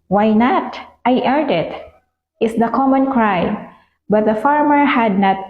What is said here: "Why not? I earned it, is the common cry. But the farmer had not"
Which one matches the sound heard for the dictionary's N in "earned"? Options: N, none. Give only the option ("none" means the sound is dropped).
none